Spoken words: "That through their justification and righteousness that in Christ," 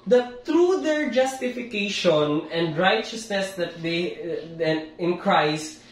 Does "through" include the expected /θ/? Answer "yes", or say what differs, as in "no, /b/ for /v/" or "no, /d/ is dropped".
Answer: no, /t/ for /θ/